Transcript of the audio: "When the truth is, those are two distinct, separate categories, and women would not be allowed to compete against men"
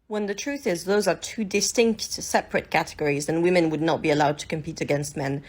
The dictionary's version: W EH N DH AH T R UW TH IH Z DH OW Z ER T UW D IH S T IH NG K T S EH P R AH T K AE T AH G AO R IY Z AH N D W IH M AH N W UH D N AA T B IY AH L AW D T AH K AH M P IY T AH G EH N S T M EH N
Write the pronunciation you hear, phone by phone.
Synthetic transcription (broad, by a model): W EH N DH AH T R UW TH IH Z DH OW Z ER T UW D IH S T IH NG K T S EH P R AH T K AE T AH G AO R IY Z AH N W IH M AH N W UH D N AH T B IY AH L AW D T AH K AH M P IY T AH G EH N S T M EH N